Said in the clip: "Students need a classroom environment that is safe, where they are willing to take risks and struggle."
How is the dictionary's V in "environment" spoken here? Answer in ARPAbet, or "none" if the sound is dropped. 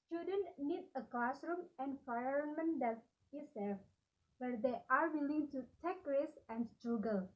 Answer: F